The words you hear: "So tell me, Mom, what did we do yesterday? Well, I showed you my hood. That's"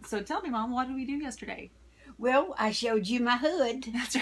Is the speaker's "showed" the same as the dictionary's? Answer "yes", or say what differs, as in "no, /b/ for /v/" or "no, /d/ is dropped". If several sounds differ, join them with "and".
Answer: yes